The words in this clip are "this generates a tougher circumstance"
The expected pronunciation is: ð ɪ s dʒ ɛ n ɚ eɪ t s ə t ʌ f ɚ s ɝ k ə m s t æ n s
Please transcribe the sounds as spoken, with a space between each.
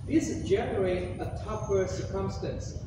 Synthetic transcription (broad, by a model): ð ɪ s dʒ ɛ n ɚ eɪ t ə t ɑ p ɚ s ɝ k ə m s t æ n s